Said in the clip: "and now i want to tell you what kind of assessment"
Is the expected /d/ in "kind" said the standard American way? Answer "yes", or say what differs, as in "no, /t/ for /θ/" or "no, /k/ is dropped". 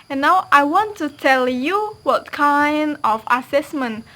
yes